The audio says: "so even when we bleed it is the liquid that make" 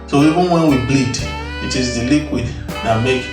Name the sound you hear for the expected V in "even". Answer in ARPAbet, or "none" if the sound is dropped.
none